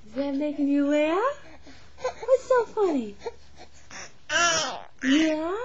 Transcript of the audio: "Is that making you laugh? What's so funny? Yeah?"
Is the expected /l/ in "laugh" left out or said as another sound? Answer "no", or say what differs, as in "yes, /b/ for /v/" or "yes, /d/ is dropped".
yes, /w/ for /l/